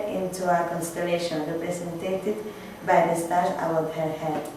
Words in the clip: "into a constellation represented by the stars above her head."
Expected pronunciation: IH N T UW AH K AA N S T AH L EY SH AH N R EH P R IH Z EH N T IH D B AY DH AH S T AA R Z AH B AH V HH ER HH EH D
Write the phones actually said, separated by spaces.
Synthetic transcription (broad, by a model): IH N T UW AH K AA N S T AH L EY SH AH N R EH P R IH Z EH N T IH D B AY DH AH S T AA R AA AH AH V HH ER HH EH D